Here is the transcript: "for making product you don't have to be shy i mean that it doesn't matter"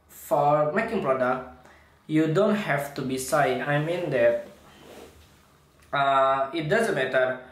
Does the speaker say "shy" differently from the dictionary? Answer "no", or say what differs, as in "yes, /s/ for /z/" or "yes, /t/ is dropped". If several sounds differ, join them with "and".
yes, /s/ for /ʃ/